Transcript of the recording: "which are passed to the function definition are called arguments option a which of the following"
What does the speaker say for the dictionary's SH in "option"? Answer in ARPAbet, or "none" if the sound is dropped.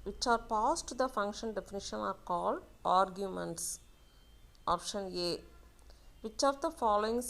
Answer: SH